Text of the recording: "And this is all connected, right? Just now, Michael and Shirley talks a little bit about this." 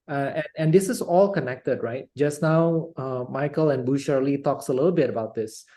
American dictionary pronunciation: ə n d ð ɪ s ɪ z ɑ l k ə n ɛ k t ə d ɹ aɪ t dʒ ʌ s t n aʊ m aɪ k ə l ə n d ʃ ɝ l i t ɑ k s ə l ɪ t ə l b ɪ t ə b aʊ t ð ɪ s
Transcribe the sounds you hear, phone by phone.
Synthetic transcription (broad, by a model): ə n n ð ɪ s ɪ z ɑ l k ə n ɛ k t ə d ɹ aɪ t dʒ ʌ s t n aʊ m aɪ k ə l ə n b ʃ ɝ l i t ɑ k s ə l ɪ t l b ɪ t ə b aʊ t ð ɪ s